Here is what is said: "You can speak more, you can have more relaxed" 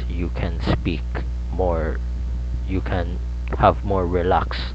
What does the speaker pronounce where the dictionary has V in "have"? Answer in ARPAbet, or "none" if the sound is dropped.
V